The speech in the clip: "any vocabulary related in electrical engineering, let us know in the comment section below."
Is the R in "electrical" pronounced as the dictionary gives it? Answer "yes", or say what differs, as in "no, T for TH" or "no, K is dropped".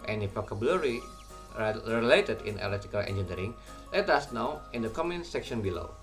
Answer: no, R is dropped